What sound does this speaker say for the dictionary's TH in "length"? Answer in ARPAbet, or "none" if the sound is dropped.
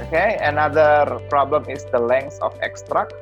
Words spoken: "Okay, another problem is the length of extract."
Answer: S